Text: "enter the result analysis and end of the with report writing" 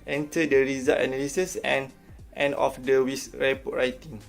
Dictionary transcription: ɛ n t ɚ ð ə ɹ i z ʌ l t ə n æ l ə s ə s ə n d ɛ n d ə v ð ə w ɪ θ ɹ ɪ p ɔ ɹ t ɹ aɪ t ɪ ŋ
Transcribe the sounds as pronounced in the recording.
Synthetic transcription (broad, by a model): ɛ n t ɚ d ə ɹ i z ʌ t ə n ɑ l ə s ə s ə n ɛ n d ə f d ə w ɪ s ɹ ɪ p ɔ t ɹ aɪ t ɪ ŋ